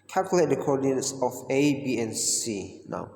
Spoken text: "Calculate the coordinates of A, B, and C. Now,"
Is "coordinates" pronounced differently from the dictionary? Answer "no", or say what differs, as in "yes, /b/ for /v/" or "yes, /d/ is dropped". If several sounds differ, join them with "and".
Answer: yes, /n/ is dropped